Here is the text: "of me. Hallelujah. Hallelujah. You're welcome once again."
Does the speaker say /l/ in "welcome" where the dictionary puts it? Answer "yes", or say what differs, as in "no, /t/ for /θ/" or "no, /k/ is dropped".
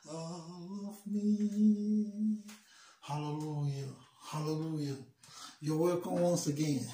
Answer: no, /l/ is dropped